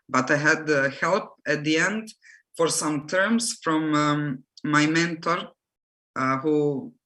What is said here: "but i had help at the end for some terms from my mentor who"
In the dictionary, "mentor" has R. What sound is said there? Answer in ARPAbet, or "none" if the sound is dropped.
R